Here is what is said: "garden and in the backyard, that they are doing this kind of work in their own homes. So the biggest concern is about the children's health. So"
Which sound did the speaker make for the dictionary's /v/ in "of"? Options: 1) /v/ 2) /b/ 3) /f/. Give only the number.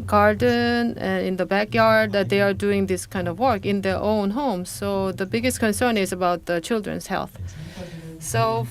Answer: 1